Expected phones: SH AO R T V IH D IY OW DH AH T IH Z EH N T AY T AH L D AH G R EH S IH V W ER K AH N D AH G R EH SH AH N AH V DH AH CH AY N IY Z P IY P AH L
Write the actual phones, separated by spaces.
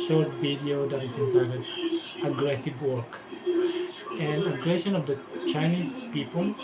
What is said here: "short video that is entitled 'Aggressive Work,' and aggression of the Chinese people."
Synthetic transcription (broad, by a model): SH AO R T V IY D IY OW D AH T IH S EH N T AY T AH D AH G R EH S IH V W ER K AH N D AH G R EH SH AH N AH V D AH CH AY N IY S P IY P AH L